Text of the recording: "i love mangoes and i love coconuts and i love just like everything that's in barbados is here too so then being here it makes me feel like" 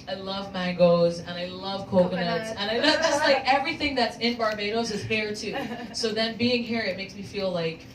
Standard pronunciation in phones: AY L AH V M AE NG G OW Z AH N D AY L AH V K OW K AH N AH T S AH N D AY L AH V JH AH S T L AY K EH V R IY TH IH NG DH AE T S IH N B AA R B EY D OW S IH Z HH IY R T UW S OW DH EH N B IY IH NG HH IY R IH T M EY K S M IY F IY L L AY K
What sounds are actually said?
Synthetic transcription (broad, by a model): AY L AH V M AE NG G OW Z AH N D AY L AH V K OW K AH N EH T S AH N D AY L AH V JH AH S T L AY K EH V R IY TH IH NG DH AE T S IH N B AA R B EY D OW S IH Z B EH R T UW S OW DH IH N B IY IH NG HH IY R IH T M EY K S M IY F IY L L AY K